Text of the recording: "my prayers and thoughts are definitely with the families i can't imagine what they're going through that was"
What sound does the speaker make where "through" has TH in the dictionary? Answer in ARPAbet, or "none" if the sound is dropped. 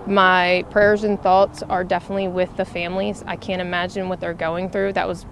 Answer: TH